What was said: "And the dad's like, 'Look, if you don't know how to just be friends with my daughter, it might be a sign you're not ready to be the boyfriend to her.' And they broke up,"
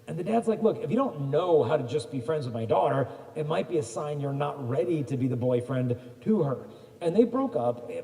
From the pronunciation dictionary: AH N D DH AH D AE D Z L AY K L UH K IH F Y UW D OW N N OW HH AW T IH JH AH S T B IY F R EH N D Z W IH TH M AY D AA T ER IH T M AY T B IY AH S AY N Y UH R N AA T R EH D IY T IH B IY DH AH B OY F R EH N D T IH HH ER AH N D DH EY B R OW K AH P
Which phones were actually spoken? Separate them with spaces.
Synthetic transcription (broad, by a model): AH N DH AH D AE D Z L AY K L UH K IH F Y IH D OW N N OW HH AW T IH JH AH S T B IY F R EH N D Z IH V M AY D AA T ER IH T M AY T B IY AH S AY N Y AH R N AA T R EH D IY T IH B IY DH AH B OY F R EH N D T IH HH ER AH N DH EY B R OW K AH P